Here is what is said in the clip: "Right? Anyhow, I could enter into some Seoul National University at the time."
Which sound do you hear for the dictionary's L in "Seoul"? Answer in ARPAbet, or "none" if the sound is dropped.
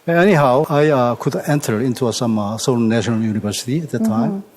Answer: N